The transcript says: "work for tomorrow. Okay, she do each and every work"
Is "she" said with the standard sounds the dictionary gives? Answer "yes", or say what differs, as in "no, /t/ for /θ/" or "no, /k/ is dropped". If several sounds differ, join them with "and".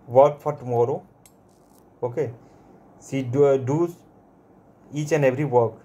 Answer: no, /s/ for /ʃ/